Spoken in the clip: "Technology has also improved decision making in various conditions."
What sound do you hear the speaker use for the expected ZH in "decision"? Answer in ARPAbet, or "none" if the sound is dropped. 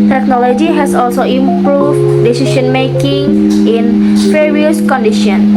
SH